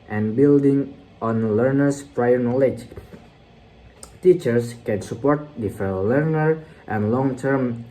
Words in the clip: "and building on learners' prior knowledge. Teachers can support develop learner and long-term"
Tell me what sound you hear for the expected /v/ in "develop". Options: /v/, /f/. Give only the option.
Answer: /f/